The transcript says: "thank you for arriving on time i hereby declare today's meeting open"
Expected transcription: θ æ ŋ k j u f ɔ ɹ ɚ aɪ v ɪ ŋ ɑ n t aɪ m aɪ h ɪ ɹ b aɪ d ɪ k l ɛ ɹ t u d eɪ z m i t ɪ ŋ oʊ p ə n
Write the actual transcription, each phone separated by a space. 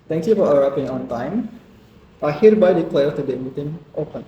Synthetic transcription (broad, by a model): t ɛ ŋ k j u f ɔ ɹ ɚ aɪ p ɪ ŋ ɑ n t aɪ m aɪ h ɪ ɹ b aɪ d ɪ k l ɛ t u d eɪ m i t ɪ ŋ oʊ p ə n